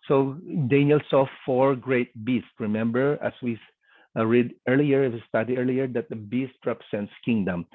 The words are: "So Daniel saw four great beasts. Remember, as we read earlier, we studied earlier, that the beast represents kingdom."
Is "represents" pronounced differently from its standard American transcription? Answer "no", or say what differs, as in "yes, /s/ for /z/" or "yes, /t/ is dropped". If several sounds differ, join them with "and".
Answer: yes, /s/ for /z/